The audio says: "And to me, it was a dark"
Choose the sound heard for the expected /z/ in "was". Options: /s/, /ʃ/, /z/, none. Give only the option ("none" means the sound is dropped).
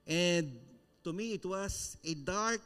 /s/